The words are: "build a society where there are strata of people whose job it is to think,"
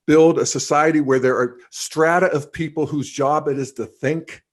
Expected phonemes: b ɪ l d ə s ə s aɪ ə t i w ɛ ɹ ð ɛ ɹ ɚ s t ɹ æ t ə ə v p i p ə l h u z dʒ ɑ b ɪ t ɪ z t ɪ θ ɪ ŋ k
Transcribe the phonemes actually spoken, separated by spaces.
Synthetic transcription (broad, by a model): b ɪ l d ə s ə s aɪ ə t i w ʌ ɹ ð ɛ ɹ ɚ s t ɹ æ t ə ə v p i p l h u z dʒ ɑ b ɪ t ɪ z t ɪ θ ɪ ŋ k